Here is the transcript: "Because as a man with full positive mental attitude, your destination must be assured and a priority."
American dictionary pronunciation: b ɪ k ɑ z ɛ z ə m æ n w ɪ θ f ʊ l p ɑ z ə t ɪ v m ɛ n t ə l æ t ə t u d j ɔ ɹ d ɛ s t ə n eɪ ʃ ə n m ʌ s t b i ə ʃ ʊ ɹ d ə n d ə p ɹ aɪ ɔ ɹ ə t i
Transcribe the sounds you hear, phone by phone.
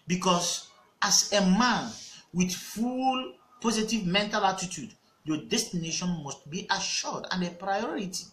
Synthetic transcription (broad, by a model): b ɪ k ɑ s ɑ s ə m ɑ n w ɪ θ f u l p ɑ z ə t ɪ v m ɛ n t ə l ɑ t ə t u d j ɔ d ɛ s t ə n eɪ ʃ ə n m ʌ s t b i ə ʃ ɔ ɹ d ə n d ə p ɹ aɪ ɔ ɹ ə t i